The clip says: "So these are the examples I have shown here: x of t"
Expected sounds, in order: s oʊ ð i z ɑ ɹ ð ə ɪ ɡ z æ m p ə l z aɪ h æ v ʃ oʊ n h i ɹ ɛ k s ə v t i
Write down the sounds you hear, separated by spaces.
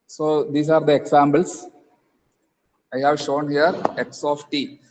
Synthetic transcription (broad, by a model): s oʊ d i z ɑ ɹ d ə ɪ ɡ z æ m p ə l s aɪ h æ v ʃ oʊ n h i ɹ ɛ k s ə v t i